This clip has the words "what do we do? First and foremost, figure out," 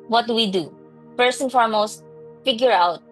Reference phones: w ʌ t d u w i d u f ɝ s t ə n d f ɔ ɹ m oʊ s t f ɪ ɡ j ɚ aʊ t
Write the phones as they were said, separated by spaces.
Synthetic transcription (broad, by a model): w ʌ t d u w i d u p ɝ s ə n f ɔ ɹ m oʊ s t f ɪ ɡ j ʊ aʊ t